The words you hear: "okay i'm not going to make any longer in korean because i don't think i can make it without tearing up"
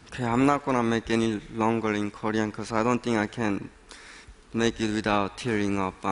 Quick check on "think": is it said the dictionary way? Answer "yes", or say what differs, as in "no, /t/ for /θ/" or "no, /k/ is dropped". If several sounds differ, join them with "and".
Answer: no, /k/ is dropped